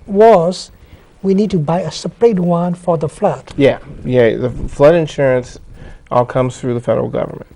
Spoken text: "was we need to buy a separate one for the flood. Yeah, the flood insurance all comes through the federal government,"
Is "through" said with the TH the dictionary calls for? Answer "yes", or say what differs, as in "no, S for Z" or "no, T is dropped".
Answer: yes